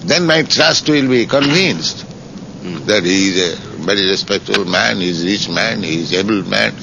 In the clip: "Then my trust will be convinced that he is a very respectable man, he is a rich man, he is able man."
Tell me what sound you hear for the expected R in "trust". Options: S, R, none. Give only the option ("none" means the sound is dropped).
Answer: R